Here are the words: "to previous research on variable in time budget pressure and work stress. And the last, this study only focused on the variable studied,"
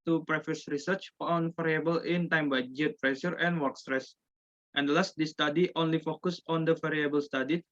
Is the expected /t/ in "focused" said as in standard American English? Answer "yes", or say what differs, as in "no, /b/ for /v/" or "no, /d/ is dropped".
no, /t/ is dropped